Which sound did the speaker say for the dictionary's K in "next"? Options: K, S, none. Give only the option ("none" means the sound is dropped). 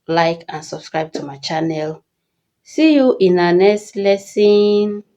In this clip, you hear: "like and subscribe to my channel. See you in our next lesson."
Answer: none